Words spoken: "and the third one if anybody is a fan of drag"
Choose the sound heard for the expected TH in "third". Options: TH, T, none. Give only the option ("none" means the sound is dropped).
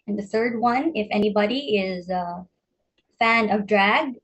TH